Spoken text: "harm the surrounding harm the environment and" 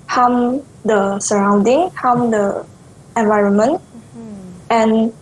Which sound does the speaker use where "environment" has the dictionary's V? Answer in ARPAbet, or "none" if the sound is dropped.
V